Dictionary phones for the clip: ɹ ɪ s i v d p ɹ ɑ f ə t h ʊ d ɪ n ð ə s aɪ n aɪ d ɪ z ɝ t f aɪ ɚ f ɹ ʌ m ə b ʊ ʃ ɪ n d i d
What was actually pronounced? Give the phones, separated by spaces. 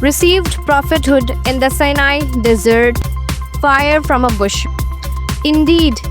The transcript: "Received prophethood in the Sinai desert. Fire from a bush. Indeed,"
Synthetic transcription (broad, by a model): ɹ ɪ s i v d p ɹ ɑ f ə t h ʊ d ɪ n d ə s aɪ n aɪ d ɪ z ɝ t f aɪ ɚ f ɹ ʌ m ə b ʊ ʃ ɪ n d i d